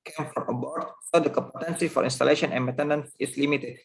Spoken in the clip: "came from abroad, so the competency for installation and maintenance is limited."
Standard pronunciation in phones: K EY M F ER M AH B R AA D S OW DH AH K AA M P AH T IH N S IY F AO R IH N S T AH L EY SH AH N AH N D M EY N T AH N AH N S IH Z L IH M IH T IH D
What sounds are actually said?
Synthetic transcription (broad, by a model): K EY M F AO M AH B AA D S OW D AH K AA M P AH T IH N S IY F AO R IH N S T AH L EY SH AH N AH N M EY T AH N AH N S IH S L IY M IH T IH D